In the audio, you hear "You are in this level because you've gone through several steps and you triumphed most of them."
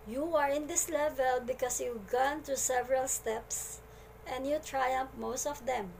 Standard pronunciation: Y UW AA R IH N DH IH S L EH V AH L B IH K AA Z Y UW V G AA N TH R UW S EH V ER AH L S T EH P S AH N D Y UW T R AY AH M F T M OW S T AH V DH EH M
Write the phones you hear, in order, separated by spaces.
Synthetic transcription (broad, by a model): Y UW AA R IH N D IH S L EH V AH L B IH K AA S Y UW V G AA N T R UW S EH V ER AH L S T EH P S AH N D Y UW T R AY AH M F M OW S T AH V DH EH M